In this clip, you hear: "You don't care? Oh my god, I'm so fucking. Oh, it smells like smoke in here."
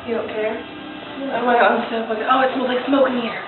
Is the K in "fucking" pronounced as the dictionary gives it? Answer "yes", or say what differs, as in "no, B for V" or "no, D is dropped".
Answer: no, K is dropped